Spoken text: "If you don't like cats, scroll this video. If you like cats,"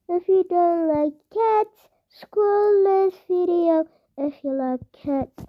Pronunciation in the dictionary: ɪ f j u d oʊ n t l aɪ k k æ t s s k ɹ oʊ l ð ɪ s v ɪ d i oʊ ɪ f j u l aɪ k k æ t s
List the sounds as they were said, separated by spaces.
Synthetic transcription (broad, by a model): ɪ f j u d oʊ n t l aɪ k k æ t s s k oʊ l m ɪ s f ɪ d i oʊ ɪ f j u l aɪ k k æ t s